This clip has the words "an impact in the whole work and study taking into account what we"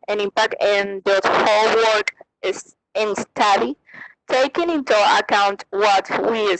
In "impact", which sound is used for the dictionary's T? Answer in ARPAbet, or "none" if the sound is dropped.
none